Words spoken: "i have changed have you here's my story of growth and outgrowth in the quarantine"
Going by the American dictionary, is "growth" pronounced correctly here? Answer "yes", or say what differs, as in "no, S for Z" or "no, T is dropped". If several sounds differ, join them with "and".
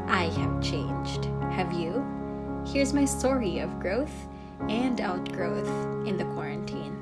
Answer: yes